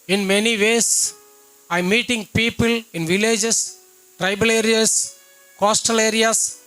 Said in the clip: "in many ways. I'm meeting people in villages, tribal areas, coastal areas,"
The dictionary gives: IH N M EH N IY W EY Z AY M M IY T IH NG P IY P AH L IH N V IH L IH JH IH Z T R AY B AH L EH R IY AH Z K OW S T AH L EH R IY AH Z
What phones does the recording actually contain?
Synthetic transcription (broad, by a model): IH N M EH N IY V EY S AY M M IY T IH NG P IY P AH L IH N V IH L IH JH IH S T R AY B AH L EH R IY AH S K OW S T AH L EH R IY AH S